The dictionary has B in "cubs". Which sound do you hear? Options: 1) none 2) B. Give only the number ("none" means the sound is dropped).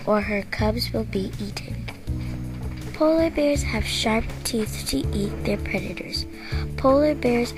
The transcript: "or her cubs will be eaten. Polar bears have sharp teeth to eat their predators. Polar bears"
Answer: 2